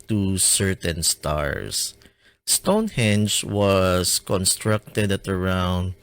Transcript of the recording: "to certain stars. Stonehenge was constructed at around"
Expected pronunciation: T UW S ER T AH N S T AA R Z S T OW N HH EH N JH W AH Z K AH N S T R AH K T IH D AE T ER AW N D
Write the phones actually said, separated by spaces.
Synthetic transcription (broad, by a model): T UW S ER T AH N S T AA R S S T OW N HH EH N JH W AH S K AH N S T R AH K T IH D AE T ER AW N D